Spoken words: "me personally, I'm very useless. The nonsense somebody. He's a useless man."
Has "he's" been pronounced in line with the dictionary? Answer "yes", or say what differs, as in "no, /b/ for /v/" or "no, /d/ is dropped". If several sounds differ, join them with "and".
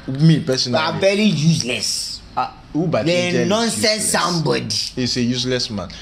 no, /s/ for /z/